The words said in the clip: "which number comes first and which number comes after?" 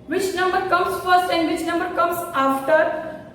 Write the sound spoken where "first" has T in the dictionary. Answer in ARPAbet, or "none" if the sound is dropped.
T